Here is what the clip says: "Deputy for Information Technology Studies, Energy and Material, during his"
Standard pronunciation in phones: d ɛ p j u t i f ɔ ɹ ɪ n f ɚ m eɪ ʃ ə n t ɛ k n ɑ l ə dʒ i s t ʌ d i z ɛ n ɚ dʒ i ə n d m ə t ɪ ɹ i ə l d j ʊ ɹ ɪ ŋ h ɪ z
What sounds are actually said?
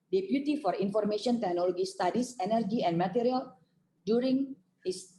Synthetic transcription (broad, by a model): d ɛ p j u t i f ɔ ɹ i n f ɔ m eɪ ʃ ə n t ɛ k n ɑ l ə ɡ i s t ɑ d i s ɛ n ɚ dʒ i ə n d m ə t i ɹ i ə l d j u ɹ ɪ ŋ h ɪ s